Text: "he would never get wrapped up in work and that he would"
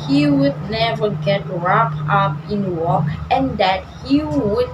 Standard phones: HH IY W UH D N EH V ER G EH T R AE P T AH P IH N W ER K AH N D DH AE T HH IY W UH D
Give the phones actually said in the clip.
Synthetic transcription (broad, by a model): HH IY W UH D N EH V ER G EH T R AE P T AH P IH N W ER AH N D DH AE T HH IY W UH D